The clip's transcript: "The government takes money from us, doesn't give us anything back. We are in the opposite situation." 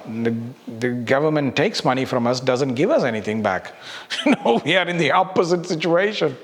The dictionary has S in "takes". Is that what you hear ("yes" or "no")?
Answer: yes